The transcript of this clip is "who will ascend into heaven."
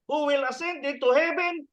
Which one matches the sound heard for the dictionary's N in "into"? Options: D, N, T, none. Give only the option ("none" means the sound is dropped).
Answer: none